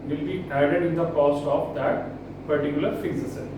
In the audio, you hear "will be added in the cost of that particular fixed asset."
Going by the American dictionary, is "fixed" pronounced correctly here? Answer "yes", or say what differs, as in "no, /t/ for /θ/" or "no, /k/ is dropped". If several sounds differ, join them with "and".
no, /t/ is dropped